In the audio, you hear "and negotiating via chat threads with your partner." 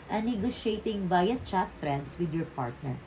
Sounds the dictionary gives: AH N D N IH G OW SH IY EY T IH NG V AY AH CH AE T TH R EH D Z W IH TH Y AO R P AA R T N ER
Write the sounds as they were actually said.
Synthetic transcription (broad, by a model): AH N N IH G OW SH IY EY T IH NG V AY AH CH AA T F R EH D S W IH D Y AO R P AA R T N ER